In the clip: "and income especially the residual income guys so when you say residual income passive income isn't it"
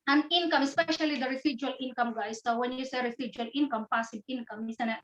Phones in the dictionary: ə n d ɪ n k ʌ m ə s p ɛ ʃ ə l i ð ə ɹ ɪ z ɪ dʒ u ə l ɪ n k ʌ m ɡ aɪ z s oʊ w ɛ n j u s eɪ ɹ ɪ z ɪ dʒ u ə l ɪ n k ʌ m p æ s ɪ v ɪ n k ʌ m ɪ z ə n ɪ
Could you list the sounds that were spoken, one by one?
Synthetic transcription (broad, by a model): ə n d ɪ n k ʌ m ə s p ɛ ʃ ə l i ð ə ɹ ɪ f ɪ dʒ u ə l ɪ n k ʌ m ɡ aɪ s oʊ w ɛ n j u s eɪ ɹ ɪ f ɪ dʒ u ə l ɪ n k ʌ m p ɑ s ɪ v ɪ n k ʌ m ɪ s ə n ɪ